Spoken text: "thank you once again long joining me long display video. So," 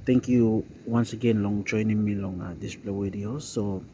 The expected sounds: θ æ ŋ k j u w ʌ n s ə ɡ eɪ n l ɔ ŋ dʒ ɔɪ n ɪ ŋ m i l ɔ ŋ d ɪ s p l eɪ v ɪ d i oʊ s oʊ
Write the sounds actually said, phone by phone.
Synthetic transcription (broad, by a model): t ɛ ŋ k j u w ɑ n s ə ɡ eɪ n l ɔ ŋ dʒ ɔɪ n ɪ m i l ɔ ŋ d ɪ s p l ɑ w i d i oʊ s oʊ